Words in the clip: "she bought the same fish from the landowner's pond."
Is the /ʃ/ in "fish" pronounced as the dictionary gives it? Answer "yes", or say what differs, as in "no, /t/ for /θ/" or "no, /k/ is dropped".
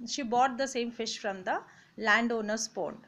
yes